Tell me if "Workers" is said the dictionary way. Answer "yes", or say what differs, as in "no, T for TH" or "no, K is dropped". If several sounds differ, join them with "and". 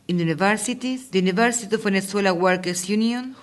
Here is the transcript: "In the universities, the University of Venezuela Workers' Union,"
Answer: no, S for Z